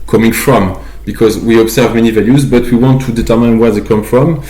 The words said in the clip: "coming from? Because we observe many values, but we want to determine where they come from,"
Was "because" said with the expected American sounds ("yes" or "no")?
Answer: yes